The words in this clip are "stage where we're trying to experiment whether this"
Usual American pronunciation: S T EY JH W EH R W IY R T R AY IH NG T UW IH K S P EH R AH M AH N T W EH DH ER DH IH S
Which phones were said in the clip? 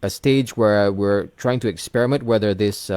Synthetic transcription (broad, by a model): S T EY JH W EH R W IY R T R AY IH NG T UW IH K S P EH R AH M AH N T W EH DH ER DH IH S